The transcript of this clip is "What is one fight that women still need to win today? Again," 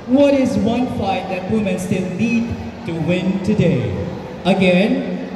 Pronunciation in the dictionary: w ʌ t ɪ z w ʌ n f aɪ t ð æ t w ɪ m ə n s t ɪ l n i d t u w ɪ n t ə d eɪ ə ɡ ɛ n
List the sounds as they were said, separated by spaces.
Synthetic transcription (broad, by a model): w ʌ t ɪ z w ʌ n f aɪ t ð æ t w ɪ m ə n s t ɪ l n i d t u w ɪ n t ə d eɪ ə ɡ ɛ n